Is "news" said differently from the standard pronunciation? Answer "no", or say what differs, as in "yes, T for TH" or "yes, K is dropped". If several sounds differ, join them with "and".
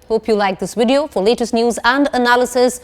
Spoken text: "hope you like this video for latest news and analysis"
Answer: no